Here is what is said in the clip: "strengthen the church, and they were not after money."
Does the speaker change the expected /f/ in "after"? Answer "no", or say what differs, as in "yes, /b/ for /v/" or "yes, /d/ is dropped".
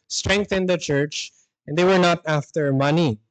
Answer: no